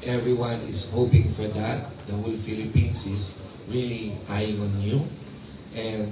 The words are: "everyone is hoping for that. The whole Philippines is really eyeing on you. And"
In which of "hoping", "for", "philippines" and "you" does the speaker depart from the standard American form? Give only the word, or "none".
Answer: philippines